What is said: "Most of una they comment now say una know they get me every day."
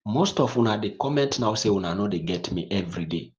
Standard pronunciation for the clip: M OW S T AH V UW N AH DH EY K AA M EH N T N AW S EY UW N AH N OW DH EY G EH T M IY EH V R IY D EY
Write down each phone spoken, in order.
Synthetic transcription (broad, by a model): M OW S T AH W UW N AH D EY K AA M EH N T N AW S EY UW N AH N OW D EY G EH T M IY EH V R IY D EY